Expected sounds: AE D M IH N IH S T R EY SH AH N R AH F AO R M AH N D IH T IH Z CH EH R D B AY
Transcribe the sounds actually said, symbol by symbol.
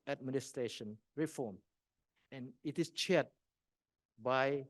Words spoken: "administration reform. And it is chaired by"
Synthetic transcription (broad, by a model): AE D M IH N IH S T R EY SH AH N R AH F AO M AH N IH T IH S CH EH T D B AY